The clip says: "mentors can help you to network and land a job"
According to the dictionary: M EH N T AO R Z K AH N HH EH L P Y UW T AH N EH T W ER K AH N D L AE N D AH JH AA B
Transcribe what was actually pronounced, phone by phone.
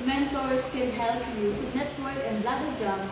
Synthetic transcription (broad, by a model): M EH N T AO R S K AH N HH EH L P Y UW N EH T W ER K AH N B L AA D AH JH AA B